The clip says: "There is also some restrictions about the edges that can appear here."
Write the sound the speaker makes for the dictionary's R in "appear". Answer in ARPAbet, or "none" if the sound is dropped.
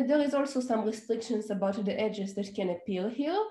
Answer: L